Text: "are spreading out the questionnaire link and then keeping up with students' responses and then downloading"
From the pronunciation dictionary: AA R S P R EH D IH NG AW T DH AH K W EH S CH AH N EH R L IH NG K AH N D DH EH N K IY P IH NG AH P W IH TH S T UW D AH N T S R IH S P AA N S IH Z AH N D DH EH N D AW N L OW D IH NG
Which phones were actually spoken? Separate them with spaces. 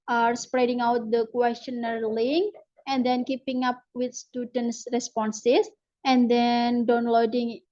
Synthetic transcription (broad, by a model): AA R S P R EH D IH NG AW T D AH K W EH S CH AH N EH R L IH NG AH N D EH N K IY P IH NG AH P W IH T S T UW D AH N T S R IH S P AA N S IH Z AH N D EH N D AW N L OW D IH NG